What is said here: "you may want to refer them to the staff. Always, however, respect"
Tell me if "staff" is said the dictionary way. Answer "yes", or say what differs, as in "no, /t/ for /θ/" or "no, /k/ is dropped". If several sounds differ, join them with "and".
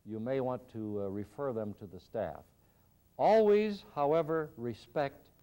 yes